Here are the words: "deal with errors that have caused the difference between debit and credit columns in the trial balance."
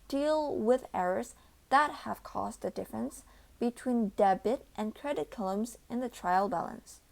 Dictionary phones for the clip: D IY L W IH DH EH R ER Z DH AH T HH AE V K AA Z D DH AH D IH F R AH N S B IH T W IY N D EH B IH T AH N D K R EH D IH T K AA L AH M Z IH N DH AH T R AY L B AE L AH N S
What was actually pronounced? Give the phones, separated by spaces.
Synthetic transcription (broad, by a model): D IY L W IH DH EH R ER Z DH AH T HH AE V K AA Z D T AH D IH F R AH N S B IH T W IY N D EH B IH T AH N K R EH D IH T K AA L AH M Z IH N DH AH T R AY L B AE L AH N S